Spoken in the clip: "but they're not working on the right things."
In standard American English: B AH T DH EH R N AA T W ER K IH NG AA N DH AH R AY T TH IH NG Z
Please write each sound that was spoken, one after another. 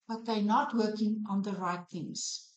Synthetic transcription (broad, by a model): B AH T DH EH N AA T W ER K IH NG AA N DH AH R AY T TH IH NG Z